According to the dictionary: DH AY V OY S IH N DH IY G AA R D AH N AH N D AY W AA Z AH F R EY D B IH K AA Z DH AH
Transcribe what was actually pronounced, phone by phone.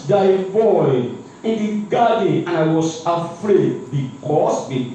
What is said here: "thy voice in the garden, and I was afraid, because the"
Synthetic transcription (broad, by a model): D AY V OY IH N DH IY G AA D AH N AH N AY W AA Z AH F R EY D B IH K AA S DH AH